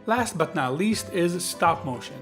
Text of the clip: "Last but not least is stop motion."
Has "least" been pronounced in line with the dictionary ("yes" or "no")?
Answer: yes